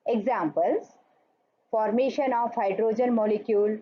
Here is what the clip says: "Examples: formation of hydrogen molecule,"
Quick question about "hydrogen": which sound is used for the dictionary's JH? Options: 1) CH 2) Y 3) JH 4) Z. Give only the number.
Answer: 3